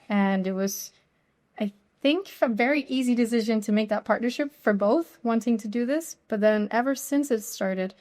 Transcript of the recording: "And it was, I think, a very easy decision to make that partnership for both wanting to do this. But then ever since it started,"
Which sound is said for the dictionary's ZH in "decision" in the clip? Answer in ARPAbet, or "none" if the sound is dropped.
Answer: ZH